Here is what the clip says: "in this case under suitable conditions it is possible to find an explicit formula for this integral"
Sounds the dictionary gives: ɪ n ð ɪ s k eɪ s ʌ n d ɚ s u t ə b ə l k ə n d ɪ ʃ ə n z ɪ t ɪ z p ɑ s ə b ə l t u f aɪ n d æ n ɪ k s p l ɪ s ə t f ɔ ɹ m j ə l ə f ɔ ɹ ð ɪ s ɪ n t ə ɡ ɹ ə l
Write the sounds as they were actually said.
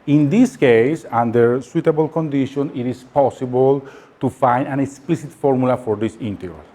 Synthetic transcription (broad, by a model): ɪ n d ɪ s k eɪ s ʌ n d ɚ s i t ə b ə l k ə n d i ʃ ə n ɪ t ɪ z p ɑ s ə b ə l t u f aɪ n d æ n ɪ k s p l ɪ s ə t f ɔ ɹ m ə l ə f ɔ ɹ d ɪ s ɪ n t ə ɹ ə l